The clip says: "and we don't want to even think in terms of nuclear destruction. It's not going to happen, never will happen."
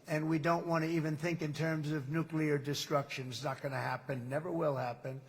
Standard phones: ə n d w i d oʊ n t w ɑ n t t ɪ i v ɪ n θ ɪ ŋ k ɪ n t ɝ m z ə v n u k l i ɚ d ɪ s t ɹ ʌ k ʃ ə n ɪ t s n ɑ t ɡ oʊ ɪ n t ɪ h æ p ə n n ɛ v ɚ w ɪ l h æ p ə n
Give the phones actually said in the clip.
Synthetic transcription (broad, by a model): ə n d w i d oʊ n t w ɑ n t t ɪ i v ɪ n θ ɪ ŋ k ɪ n t ɝ m z ə v n u k l i ɚ d ɪ s t ɹ ʌ k ʃ ə n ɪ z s n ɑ t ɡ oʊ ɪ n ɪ h æ p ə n n ɛ v ɚ w ɪ l h æ p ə n